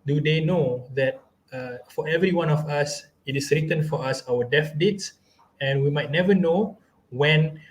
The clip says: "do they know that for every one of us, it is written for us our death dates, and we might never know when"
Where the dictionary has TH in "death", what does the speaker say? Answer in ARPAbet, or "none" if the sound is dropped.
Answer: F